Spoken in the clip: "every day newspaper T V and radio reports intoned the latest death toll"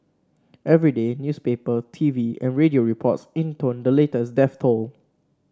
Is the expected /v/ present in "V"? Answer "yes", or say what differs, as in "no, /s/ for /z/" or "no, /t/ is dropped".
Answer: yes